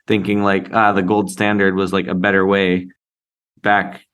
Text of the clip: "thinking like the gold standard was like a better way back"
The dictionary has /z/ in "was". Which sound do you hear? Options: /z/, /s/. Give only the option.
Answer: /z/